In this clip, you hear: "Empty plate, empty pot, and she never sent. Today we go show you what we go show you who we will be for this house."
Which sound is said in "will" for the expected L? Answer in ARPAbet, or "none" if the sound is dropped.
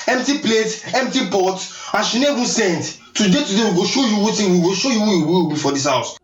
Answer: W